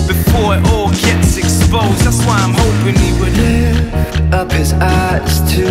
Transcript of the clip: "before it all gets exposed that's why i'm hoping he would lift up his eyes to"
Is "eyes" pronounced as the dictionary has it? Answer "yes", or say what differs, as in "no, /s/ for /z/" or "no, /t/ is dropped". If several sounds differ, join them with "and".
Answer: no, /s/ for /z/